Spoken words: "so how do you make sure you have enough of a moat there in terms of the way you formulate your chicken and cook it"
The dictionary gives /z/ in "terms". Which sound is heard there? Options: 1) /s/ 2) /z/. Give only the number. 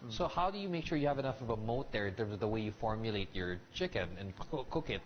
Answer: 2